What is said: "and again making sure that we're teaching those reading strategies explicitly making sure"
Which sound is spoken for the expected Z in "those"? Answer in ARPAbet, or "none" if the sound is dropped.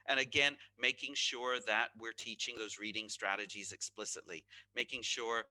Z